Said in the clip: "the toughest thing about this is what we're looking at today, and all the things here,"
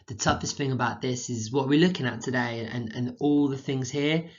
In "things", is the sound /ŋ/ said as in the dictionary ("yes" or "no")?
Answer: yes